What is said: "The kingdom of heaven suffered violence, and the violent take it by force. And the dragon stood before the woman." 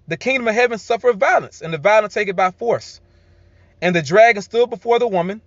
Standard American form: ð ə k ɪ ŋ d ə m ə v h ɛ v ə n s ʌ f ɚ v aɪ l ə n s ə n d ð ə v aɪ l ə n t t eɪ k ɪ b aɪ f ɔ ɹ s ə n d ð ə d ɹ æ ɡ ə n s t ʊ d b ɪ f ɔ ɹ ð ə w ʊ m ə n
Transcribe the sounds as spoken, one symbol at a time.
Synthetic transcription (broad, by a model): ð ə k ɪ ŋ d ə m ə v h ɛ v ə n s ʌ f ɚ v aɪ l ə n s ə n ð ə v aɪ l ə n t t eɪ k ɪ b aɪ f ɔ ɹ s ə n ð ə d ɹ æ ɡ ə n s t ʊ d b ɪ f ɔ ɹ ð ə w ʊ m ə n